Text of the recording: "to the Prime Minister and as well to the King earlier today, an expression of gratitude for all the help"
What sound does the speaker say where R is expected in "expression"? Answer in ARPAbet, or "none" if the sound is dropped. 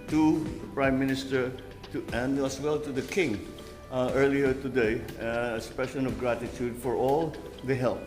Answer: none